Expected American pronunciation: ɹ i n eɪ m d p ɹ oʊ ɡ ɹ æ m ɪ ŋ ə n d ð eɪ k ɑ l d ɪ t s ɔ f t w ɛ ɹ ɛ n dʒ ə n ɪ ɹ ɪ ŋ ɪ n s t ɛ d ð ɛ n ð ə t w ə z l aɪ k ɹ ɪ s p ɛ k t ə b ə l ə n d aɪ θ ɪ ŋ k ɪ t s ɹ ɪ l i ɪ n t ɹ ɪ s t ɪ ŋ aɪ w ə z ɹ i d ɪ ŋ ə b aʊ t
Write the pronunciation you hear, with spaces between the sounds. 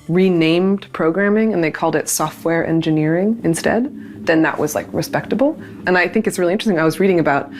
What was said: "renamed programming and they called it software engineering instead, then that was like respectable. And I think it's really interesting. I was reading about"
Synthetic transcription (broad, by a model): ɹ i n eɪ m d p ɹ oʊ ɡ ɹ æ m ɪ ŋ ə n ð eɪ k ɑ l d ɪ t s ɔ f t w ɛ ɹ ɛ n dʒ ə n ɪ ɹ ɪ ŋ ɪ n s t ɛ d ð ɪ n ð ə t w ə z l aɪ k ɹ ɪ s p ɛ k t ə b l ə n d aɪ θ ɪ ŋ k ɪ t s ɹ ɪ l i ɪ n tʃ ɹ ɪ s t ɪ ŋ aɪ w ə z ɹ i d ɪ ŋ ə b aʊ t